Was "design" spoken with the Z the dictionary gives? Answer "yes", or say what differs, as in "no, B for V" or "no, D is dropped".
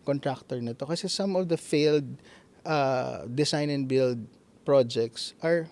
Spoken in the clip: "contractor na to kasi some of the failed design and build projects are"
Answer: no, S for Z